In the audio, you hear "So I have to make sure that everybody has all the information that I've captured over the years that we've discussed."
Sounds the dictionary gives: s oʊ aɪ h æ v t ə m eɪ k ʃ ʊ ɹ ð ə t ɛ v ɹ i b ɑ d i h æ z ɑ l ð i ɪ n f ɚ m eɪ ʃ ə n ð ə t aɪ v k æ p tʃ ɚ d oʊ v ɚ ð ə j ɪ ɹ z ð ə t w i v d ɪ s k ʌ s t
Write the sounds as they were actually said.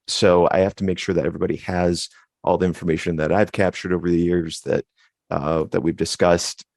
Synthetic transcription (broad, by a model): s oʊ aɪ h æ f t ə m eɪ k ʃ ʊ ɹ ð ə t ɛ v ɹ i b ɑ d i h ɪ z ɑ l ð i ɪ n f ɚ m eɪ ʃ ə n ð ə t aɪ v k æ p tʃ ɚ d oʊ v ɚ ð ə j ɪ ɹ z ð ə t w i v d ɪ s k ʌ s t